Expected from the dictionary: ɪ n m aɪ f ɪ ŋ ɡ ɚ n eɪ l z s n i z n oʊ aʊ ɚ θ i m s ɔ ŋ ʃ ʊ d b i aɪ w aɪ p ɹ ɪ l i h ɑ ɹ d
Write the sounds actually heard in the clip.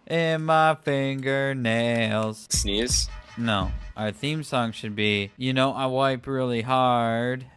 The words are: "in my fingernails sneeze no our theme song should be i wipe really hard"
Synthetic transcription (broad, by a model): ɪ n m aɪ f ɪ ŋ ɡ ɚ n eɪ l z s n i z n oʊ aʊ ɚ θ i m s ɔ ŋ ʃ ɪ d b i aɪ w aɪ p ɹ ɪ l i h ɑ ɹ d